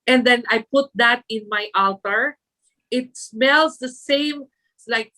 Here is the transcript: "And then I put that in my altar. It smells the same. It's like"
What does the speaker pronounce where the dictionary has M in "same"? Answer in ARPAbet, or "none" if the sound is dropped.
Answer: none